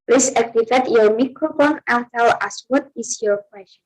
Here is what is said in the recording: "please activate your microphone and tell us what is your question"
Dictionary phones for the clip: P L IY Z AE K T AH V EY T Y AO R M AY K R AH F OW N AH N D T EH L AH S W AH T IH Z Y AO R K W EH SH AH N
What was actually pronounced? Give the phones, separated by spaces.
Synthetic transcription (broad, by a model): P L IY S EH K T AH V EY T Y AO R M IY K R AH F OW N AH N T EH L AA S W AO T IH S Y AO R K W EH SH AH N